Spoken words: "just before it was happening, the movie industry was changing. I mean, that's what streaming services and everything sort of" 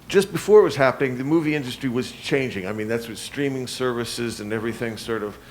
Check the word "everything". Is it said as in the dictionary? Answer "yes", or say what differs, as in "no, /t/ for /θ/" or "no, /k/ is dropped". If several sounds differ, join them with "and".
yes